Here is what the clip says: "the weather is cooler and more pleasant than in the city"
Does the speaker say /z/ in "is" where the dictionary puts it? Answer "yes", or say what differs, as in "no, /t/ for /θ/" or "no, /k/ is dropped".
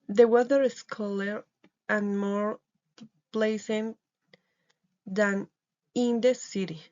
no, /s/ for /z/